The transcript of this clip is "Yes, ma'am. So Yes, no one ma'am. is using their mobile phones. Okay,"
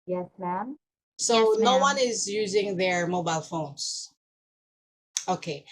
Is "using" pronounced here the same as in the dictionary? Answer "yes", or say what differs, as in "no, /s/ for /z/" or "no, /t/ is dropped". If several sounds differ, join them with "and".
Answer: yes